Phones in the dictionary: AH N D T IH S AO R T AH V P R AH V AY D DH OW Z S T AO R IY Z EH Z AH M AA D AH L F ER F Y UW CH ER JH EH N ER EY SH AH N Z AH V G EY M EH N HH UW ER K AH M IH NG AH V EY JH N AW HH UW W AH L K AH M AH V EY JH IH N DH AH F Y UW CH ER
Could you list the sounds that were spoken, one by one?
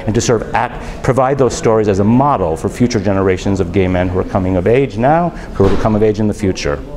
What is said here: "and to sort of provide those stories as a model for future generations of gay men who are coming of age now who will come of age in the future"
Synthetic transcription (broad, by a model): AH N T IH S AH R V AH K P R AH V AY D DH OW Z S T AO R IY Z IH Z AH M AA D L F ER F Y UW CH ER JH EH N ER EY SH AH N Z AH V G EY M EH N HH UW ER K AH M IH NG AH V EY JH N AW HH UW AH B K AH M AH V EY JH IH N DH AH F Y UW CH ER